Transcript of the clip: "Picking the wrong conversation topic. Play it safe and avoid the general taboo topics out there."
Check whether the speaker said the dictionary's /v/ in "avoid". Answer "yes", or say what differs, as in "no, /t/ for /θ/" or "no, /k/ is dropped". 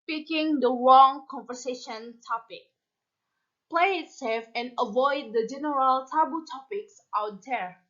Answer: yes